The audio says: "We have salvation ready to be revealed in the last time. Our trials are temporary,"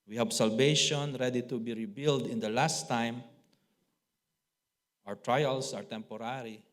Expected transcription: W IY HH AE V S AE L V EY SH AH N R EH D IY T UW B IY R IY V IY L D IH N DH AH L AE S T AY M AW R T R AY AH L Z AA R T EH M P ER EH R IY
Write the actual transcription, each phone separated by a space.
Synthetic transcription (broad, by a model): W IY HH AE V S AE L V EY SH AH N R EH D IY T UW B IY R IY B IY L D IH N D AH L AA S T AY M AW R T R AY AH L S AA R T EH M P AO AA R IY